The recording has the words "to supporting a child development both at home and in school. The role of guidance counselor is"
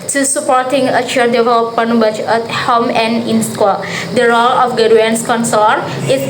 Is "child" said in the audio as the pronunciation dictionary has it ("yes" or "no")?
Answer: no